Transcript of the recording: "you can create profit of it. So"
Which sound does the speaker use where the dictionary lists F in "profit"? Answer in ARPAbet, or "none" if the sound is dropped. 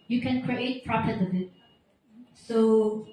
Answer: P